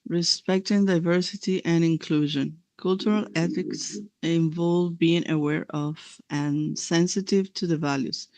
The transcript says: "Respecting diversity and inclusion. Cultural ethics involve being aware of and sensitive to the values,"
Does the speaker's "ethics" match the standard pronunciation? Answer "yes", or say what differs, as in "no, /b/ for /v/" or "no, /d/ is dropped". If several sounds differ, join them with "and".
yes